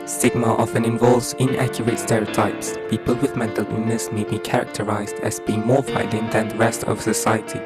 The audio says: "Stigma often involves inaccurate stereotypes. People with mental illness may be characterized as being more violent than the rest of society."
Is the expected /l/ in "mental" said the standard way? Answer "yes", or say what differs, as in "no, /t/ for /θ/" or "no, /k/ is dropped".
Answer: yes